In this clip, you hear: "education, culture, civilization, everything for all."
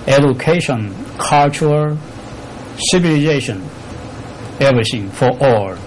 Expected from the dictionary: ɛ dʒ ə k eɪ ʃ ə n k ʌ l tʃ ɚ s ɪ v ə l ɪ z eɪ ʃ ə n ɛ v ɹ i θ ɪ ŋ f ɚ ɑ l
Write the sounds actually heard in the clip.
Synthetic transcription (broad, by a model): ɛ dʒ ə k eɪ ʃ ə n k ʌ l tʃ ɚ s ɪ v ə l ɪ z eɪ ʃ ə n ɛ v ɹ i s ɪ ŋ f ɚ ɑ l